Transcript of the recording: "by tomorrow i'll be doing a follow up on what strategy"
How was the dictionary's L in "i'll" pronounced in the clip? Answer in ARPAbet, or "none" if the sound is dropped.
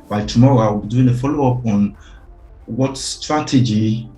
W